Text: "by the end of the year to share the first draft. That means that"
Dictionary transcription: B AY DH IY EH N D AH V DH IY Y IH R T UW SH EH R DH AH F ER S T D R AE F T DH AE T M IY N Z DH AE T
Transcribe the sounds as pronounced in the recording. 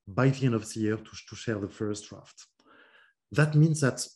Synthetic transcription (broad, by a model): B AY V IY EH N AH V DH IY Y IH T T UW SH EH R DH AH F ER S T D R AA F T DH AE T M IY N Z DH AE T